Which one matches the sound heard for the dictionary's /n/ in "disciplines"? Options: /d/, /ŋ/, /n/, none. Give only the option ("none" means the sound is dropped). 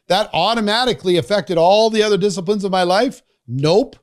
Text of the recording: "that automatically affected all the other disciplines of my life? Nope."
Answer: /n/